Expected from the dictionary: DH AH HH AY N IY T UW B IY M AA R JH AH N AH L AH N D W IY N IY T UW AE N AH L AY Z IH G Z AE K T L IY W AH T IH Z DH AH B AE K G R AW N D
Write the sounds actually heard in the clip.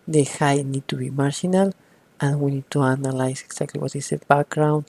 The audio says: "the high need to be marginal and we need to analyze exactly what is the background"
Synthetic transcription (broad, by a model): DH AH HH AY N IY T UW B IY M AA R SH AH N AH L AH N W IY N IY T UW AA N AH L AY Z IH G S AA K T L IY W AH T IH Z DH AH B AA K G R AW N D